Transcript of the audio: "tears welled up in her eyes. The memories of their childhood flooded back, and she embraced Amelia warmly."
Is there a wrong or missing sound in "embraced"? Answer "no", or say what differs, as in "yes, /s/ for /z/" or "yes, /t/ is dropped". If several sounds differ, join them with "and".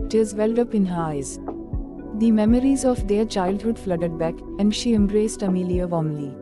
no